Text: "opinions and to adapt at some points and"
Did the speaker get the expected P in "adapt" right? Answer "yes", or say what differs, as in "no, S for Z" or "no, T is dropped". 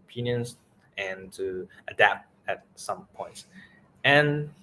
yes